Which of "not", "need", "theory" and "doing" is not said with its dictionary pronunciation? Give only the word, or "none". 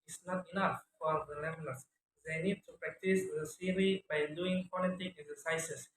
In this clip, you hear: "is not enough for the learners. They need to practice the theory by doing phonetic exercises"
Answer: theory